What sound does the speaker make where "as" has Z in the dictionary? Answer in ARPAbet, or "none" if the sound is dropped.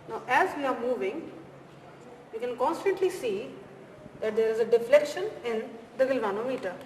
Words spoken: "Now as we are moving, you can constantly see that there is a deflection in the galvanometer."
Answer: Z